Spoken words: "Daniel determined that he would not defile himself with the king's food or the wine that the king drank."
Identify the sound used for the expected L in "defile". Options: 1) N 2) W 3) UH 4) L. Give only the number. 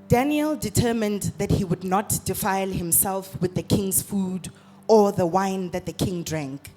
4